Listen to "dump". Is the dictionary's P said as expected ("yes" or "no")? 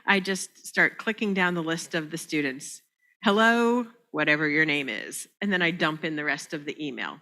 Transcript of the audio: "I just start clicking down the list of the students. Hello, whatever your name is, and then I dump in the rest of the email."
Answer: yes